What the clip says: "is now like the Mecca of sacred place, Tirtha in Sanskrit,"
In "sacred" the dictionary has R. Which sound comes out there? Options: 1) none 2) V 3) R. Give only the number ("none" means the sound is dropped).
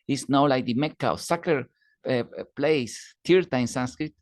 1